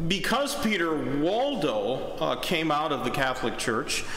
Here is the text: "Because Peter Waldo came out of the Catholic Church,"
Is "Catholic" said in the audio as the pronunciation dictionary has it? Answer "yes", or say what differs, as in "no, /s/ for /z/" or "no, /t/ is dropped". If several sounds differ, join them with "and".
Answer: yes